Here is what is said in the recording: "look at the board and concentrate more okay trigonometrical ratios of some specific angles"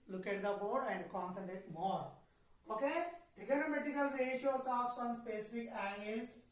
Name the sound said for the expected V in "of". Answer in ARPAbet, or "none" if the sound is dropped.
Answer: P